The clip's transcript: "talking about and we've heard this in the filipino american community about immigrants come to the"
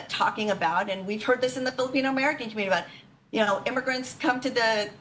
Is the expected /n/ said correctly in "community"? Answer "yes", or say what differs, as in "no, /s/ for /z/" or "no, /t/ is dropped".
no, /n/ is dropped